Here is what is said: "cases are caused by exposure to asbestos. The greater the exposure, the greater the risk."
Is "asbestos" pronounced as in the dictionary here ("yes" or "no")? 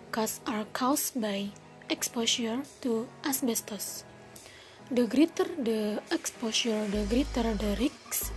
yes